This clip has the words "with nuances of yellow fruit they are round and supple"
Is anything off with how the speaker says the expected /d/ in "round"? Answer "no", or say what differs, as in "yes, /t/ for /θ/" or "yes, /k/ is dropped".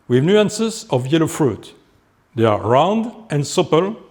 no